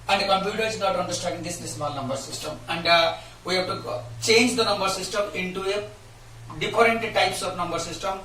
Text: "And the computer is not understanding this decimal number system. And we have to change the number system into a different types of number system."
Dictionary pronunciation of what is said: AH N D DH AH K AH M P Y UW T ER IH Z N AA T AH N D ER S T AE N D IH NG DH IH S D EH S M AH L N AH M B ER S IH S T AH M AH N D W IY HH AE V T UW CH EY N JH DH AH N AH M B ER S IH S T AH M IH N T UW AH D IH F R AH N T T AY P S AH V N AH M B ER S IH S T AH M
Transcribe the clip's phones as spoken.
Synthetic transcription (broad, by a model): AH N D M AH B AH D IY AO IH Z N AA T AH N D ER S T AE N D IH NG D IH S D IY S M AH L N AH M B ER S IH S T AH M AH N D W IY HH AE B T UW CH EY N JH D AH N AH M B ER S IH S T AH M IH N T UW AH D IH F R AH N T T AY P S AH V N AH M B ER S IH S T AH M